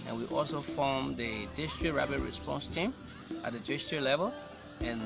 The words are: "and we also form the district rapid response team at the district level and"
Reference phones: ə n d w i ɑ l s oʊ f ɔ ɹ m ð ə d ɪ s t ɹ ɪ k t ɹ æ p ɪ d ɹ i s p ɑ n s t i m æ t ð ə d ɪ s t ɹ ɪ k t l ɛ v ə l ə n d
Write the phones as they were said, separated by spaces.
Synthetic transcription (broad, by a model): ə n w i ɑ l s oʊ f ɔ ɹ m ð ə d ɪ s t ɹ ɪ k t ɹ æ b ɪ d ɹ i s p ɑ n s t i m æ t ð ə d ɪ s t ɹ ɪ l ɛ v ə l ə n